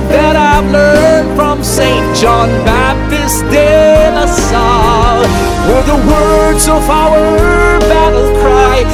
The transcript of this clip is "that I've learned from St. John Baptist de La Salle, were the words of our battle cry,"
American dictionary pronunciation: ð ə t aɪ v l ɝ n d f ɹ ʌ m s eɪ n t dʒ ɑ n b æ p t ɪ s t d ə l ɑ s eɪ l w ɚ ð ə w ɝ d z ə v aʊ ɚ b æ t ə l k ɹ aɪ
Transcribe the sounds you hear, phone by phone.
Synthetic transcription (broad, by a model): ð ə t aɪ v l ɝ n d f ɹ ʌ m s eɪ n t dʒ ɑ n b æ p t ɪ s d ə n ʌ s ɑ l w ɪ ð ə w ɝ d z ə v aʊ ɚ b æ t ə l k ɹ aɪ